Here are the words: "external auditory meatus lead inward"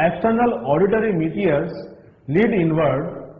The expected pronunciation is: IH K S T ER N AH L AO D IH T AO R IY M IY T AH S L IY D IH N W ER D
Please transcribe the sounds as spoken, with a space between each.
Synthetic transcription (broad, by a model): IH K S T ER N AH L AO D IH T AO R IY M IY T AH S L IY D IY N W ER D